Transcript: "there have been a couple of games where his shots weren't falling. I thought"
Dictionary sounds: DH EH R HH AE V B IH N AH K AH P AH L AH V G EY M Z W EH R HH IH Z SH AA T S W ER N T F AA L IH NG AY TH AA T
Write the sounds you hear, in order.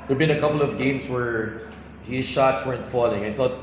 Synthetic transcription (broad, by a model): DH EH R B IH N AH K AH P AH L AH V G EY M S W EH R HH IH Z SH AA T S W ER N T F AA L IH NG AY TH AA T